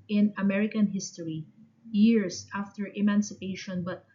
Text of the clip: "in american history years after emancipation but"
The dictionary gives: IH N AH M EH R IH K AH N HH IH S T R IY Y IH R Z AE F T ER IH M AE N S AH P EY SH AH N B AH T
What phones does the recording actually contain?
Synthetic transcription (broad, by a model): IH N AH M EH R IH K AH N HH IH S T R IY Y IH R S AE F T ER IH M AE N S AH P EY SH AH N B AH T